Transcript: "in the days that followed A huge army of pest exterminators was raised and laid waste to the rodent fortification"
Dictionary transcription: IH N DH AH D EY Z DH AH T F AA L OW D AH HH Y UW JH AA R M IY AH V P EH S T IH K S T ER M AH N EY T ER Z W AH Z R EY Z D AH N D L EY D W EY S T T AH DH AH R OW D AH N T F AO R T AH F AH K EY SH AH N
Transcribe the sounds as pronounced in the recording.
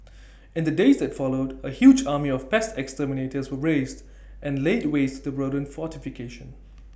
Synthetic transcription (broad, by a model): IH N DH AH D EY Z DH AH T F AA L OW D AH HH Y UW JH AA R M IY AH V P EH S T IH K S T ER M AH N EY T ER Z W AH R EY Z D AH N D L EY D W EY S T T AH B R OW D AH N F AO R T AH F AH K EY SH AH N